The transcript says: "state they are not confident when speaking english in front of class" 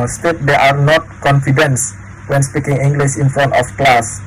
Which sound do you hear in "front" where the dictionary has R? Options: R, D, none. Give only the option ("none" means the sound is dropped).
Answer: none